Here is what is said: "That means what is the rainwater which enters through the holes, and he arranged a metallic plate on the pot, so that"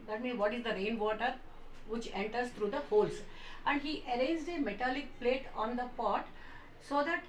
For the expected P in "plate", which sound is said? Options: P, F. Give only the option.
P